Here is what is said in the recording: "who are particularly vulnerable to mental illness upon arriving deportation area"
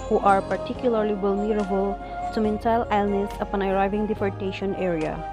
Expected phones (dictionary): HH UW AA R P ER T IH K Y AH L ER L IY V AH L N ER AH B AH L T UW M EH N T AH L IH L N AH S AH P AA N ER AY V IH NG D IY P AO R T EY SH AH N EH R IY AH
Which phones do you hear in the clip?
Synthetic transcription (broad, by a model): HH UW AA R P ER T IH K Y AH L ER L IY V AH L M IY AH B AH L S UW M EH N S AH L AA L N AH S AH P AA N ER AY V IH NG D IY F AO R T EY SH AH N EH R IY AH